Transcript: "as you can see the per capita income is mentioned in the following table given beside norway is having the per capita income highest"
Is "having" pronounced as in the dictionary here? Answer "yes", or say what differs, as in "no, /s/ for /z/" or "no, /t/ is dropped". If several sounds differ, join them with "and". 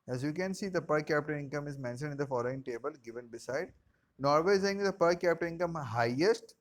no, /v/ is dropped